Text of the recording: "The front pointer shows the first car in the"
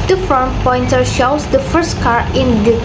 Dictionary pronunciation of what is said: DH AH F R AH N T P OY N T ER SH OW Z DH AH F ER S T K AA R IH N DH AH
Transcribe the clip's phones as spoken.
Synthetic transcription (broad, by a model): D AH F AH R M P OY N T ER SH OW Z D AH F ER S T K AA R IH N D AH